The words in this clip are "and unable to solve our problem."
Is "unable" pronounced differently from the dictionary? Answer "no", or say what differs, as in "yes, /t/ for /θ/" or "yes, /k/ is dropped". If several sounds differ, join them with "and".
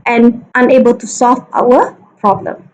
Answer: no